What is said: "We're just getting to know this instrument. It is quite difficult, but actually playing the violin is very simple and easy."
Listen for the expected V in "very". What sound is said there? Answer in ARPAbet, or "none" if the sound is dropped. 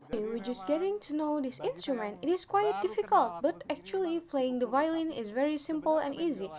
V